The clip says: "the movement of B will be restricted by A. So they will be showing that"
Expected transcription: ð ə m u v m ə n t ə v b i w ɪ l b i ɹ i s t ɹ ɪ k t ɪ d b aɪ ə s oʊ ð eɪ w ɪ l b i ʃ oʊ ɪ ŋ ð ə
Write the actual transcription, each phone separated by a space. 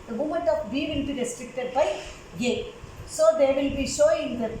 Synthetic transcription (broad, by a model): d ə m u m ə n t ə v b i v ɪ l b i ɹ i s t ɹ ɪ k t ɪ d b aɪ ə s oʊ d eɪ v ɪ l b i ʃ oʊ ɪ ŋ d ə